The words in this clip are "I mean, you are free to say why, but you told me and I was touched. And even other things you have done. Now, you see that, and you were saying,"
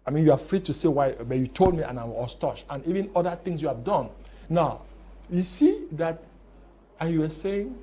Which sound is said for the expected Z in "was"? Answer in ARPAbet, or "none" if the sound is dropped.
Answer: S